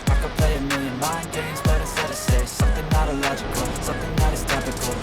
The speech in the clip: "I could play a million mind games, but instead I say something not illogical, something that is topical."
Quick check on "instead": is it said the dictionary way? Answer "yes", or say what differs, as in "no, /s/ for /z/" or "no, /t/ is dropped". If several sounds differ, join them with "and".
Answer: no, /n/ is dropped